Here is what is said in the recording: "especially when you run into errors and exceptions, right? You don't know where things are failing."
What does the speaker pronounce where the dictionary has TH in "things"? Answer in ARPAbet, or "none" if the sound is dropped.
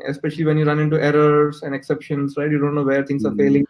T